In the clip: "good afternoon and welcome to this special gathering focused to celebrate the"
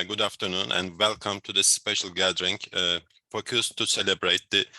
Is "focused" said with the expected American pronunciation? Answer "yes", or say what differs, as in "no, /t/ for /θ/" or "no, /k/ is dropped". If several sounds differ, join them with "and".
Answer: no, /p/ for /f/